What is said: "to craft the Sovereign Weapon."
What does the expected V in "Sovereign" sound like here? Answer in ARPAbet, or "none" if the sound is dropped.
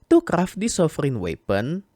F